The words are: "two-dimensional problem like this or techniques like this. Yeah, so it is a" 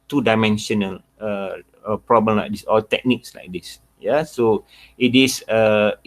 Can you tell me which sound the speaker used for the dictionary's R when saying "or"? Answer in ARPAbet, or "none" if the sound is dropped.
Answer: L